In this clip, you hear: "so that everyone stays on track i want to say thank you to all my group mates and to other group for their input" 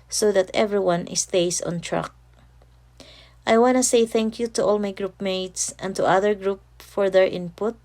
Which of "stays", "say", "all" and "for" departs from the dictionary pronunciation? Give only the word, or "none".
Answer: stays